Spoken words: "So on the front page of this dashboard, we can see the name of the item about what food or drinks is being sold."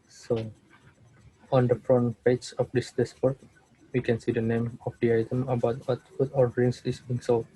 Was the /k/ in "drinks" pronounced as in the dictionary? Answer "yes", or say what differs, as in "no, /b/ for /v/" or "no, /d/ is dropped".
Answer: no, /k/ is dropped